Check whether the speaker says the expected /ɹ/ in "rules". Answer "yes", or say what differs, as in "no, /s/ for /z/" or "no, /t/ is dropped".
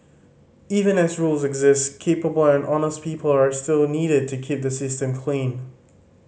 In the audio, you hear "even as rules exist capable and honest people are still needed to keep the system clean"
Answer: yes